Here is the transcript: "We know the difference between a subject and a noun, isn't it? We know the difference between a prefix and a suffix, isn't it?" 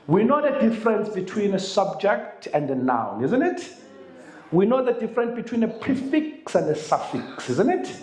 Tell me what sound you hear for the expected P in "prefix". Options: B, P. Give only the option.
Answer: P